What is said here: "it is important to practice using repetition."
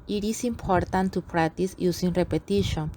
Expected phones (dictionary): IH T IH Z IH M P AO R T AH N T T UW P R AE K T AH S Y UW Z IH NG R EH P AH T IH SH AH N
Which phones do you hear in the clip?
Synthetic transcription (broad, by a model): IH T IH S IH M P AO R T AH N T T UW P R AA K T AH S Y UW S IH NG R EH P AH T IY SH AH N